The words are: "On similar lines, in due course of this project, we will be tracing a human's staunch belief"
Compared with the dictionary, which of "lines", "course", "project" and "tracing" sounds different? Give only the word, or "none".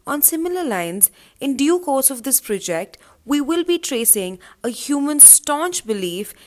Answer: none